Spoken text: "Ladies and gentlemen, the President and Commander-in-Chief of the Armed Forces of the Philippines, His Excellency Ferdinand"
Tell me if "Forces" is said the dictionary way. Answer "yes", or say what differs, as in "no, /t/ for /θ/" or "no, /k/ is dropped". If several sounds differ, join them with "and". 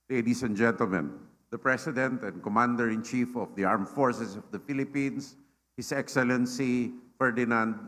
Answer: no, /s/ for /z/